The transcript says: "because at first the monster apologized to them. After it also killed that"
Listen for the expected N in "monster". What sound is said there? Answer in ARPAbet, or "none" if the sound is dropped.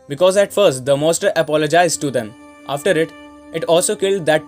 none